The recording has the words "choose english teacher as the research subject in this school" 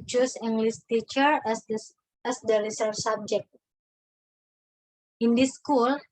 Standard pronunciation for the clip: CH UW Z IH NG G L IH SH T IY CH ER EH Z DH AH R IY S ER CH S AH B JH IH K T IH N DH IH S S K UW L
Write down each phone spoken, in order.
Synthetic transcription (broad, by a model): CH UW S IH NG G L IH S T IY CH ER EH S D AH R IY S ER S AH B JH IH K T IH N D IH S S K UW L